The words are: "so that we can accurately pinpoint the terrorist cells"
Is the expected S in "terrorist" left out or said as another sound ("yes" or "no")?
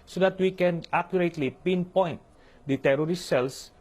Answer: yes